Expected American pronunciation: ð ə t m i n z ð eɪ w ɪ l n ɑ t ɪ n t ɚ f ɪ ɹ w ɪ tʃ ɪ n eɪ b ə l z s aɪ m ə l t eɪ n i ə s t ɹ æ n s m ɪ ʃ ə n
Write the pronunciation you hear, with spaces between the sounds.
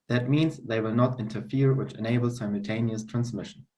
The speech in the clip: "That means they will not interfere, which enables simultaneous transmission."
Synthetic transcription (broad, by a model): ð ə t m i n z ð eɪ w ɪ l n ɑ t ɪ n t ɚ f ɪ ɹ w ɪ tʃ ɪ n eɪ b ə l s aɪ m ə l t eɪ n i ə s t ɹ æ n s m ɪ ʃ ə n